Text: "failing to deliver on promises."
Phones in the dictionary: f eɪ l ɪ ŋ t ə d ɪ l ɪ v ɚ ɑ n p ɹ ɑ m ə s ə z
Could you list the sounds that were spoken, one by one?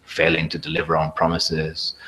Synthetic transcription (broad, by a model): f eɪ l ɪ ŋ t ə d ɪ l ɪ v ɚ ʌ n p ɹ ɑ m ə s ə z